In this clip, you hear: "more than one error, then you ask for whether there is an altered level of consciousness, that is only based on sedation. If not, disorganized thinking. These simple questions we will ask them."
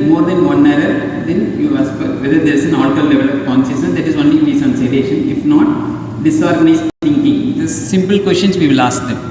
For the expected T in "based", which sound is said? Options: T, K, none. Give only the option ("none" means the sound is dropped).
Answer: none